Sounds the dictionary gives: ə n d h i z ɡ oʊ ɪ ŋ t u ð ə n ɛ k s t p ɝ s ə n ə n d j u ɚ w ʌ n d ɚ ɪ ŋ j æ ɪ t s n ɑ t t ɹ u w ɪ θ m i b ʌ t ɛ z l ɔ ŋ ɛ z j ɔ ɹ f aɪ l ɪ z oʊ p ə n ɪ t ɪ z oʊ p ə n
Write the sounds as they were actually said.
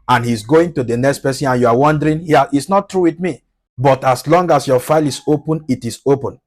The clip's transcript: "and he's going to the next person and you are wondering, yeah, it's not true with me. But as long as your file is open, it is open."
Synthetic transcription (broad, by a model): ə n h i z ɡ oʊ ɪ ŋ t u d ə n ɛ k s t p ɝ s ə n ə n j u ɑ w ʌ n d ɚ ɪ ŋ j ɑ ɪ t s n ɑ t t ɹ u w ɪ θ m i b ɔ t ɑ s l ɔ ŋ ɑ s j ɔ f aɪ l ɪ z oʊ p ə n ɪ t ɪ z oʊ p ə n